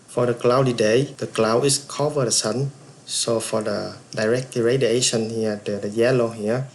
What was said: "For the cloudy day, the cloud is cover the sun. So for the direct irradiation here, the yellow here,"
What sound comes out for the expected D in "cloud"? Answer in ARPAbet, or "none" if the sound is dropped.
none